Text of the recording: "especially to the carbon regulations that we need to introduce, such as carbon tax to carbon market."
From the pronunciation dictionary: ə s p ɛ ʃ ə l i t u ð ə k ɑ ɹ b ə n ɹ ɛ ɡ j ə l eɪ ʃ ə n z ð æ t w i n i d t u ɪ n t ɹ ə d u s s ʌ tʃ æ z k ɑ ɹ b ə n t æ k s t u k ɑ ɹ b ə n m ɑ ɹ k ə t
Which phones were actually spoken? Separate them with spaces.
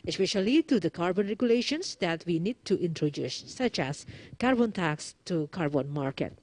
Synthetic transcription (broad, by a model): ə s p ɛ ʃ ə l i t u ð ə k ɑ ɹ b ə n ɹ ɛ ɡ j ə l eɪ ʃ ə n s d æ t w i n i d t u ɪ n t ɹ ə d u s s ʌ tʃ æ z k ɑ ɹ b ə n t æ k s t u k ɑ ɹ b ə n m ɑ ɹ k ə t